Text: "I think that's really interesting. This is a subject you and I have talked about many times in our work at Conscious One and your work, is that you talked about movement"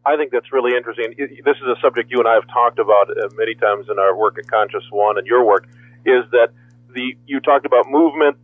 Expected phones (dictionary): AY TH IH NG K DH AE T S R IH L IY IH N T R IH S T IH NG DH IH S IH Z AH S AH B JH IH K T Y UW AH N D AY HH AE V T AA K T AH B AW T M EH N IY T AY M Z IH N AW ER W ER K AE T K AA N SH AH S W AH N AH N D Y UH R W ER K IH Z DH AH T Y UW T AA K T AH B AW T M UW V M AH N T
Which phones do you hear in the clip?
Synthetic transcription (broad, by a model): AY TH IH NG K DH AE T S R IH L IY IH N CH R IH S T IH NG DH IH S IH Z AH S AH B JH IH K T Y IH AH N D AY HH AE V T AA K T AH B AW T M EH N IY T AY M Z IH N AW ER W ER K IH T K AA N SH AH S W AH N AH N Y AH R W ER K IH Z DH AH T Y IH T AA K T AH B AW T M UW V M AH N T